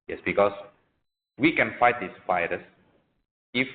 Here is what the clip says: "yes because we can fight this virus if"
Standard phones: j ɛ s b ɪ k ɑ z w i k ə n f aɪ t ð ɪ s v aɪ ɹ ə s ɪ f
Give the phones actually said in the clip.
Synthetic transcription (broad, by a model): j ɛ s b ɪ k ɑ s w i k ə n f aɪ t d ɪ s f aɪ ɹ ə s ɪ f